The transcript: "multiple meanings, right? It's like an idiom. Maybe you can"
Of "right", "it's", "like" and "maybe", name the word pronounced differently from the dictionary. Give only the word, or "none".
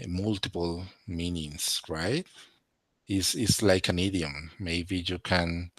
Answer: it's